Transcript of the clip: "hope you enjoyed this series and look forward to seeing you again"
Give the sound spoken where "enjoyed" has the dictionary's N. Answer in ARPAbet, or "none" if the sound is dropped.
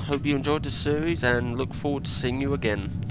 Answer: N